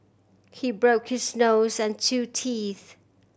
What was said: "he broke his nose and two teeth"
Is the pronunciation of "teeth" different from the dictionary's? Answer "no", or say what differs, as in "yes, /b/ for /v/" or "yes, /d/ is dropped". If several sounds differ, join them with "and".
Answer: no